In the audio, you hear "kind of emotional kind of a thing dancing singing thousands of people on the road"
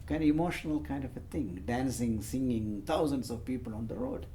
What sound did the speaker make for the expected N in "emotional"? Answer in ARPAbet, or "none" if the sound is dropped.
N